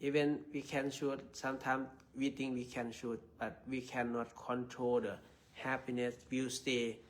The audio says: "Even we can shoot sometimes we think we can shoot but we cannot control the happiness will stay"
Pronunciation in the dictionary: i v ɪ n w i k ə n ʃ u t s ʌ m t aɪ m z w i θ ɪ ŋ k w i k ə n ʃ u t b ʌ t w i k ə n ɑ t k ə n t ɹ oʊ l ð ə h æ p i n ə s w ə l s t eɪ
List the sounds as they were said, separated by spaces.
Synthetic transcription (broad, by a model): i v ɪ n w i k ə n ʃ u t s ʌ m t aɪ m s w i t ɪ ŋ k w i k ə n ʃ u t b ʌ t w i k ə n ɑ t k ə n t ɹ oʊ l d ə h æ p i n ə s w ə s t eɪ